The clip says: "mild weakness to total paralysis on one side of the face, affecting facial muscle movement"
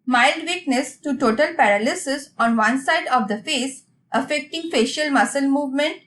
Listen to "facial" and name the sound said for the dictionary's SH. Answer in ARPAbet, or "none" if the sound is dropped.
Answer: SH